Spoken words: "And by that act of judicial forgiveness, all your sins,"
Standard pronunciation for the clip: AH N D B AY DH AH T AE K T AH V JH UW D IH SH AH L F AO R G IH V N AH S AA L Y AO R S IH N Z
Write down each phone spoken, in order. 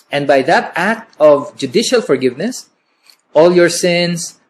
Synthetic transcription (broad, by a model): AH N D B AY DH AH T AE K T AH V JH UW D IH SH AH L F AO R G IH V N AH S AA L Y AO R S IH N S